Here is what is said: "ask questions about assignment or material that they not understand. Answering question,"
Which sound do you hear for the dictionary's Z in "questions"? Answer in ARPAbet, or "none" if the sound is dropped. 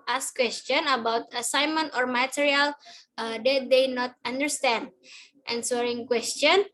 none